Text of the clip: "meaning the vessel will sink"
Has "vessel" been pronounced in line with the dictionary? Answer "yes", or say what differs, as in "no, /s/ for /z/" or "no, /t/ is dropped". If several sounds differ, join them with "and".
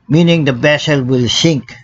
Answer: no, /b/ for /v/